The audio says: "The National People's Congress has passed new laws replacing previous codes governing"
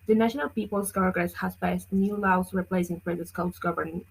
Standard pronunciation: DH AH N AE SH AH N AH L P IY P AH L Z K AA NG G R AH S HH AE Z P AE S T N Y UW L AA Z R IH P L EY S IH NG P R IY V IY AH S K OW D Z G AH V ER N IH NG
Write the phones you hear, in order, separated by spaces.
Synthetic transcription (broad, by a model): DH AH N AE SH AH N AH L P IY P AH L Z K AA G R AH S HH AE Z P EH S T N Y UW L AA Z R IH P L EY S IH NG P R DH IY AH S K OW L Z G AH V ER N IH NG